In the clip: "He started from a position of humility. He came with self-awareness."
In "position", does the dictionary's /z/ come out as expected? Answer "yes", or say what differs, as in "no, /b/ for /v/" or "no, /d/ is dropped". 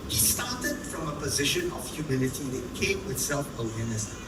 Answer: yes